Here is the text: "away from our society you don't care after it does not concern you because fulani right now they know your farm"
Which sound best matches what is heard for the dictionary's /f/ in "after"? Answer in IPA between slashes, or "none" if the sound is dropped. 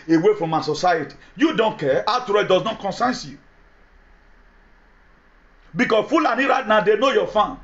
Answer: none